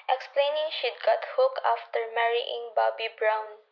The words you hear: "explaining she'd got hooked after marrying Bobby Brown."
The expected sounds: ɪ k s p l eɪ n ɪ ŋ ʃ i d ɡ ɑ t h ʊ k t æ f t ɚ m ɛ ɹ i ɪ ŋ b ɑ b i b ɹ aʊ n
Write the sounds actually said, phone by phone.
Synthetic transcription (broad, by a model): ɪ k s p l eɪ n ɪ ŋ ʃ i d ɡ ɑ t h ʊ k ɑ f t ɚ m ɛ ɹ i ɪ ŋ b ɑ b i b ɹ aʊ n